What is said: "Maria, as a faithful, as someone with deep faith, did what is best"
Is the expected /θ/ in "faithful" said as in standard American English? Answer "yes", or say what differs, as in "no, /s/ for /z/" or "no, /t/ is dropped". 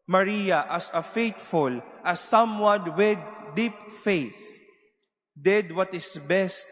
no, /t/ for /θ/